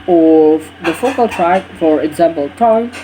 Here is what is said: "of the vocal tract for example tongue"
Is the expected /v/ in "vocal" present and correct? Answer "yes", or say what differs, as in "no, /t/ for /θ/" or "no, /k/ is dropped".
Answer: no, /f/ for /v/